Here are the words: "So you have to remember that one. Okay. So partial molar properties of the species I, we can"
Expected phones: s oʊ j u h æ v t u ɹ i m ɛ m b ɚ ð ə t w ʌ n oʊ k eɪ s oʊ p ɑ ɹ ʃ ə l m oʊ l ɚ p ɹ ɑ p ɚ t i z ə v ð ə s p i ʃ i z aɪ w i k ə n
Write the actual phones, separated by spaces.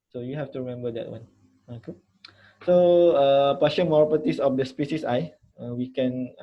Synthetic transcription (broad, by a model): s oʊ j u h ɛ f t u ɹ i m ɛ m b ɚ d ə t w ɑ n oʊ k eɪ s oʊ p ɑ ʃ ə n m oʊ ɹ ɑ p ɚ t i s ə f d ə s p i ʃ i s aɪ w i k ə n